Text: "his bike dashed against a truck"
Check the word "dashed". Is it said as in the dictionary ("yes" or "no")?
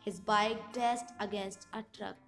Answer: no